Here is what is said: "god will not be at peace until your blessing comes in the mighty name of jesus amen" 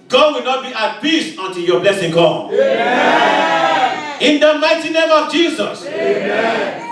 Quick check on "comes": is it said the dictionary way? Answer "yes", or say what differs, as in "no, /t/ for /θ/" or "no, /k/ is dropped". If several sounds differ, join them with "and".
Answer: no, /z/ is dropped